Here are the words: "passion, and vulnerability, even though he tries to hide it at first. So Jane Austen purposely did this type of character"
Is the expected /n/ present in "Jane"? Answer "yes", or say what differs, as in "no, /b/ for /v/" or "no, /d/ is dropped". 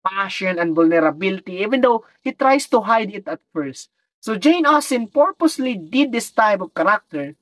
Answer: yes